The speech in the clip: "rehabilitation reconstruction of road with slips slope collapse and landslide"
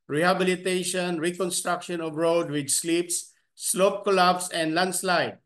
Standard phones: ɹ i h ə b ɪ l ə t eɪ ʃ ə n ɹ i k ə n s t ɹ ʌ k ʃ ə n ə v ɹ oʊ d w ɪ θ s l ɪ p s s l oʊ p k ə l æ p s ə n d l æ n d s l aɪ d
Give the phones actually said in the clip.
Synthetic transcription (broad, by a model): ɹ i h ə b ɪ l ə t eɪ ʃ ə n ɹ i k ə n s t ɹ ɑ k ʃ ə n ə v ɹ oʊ d w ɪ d s l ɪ p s s l oʊ p k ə l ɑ b s ə n d l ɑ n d s l aɪ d